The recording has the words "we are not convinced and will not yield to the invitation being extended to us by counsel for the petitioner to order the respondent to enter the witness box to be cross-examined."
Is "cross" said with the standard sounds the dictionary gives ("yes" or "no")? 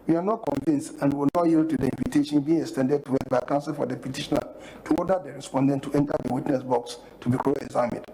no